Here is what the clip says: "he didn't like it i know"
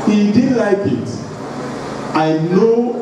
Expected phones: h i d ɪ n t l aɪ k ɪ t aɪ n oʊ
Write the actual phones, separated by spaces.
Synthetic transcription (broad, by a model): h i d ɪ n l aɪ k ɪ t aɪ n oʊ